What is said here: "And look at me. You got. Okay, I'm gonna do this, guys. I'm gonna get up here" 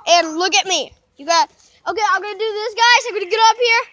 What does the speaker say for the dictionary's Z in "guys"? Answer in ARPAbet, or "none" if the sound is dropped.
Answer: none